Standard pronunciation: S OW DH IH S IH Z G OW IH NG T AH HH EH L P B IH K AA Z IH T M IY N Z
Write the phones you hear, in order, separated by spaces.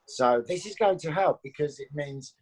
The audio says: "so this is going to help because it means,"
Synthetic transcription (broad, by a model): S OW DH IH S IH Z G OW IH NG T AH HH EH L P B IH K AA Z IH T M IY N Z